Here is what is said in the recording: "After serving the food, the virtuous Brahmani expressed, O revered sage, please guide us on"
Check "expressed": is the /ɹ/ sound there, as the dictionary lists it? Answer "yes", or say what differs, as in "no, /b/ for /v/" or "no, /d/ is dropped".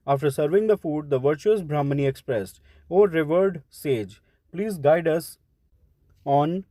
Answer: yes